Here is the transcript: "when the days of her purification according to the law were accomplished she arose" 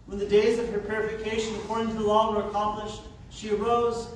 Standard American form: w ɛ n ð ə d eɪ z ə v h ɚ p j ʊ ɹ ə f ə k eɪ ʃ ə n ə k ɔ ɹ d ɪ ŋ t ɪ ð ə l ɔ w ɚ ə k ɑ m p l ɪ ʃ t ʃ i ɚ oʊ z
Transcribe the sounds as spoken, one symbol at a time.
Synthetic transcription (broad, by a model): w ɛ n ð ə d eɪ z ə v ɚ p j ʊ ɹ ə f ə k eɪ ʃ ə n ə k ɔ ɹ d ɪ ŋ t ɪ ð ə l ɔ w ɚ ə k ɑ m p l ɪ ʃ t ʃ i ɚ oʊ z